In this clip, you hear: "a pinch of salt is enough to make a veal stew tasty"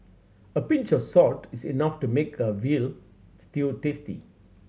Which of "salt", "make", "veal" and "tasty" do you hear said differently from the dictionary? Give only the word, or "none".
salt